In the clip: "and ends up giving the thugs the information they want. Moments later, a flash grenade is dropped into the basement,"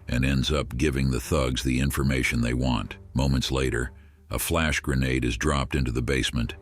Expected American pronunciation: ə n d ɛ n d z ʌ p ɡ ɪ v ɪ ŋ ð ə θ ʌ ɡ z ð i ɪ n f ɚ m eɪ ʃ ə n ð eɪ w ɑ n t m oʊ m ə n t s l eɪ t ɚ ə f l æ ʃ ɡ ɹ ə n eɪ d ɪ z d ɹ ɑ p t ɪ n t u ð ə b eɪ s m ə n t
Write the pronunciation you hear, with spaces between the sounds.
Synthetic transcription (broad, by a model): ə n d ɛ n d z ʌ p ɡ ɪ v ɪ ŋ ð ə θ ʌ ɡ z ð i ɪ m f ɚ m eɪ ʃ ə n ð eɪ w ɑ n t m oʊ m ə n t s l eɪ t ɚ ə f l æ ʃ ɡ ɹ ə n eɪ d ɪ z d ɹ ɑ p t ɪ n t u ð ə b eɪ s m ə n t